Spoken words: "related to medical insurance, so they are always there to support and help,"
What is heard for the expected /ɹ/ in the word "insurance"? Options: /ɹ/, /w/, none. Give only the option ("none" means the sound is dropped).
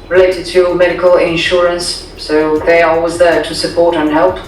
/ɹ/